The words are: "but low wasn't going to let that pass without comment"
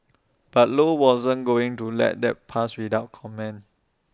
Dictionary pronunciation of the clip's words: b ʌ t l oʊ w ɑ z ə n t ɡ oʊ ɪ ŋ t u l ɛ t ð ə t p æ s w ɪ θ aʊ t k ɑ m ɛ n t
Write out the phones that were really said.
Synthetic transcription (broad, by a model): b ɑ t l oʊ w ɑ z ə n ɡ oʊ ɪ ŋ t u l ɛ t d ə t p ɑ s w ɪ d aʊ t k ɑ m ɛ n